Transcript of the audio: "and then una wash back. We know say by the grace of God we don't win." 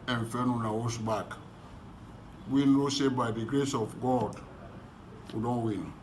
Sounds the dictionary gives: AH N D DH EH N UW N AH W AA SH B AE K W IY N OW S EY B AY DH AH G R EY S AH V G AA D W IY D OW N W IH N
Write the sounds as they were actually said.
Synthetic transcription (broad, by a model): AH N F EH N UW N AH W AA S B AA K W IY N OW S EY B AY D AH G R EY S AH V G AA D W IY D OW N W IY N